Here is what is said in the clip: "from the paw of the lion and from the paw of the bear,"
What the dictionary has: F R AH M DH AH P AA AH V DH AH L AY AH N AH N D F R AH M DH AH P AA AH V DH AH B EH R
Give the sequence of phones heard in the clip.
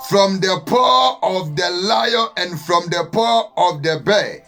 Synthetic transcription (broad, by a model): F R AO M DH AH P AA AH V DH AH L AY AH AH N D F R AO M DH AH P AA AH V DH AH B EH